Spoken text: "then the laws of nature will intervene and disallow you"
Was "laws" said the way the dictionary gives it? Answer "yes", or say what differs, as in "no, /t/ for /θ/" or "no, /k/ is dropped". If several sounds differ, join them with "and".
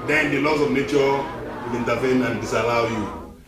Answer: no, /s/ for /z/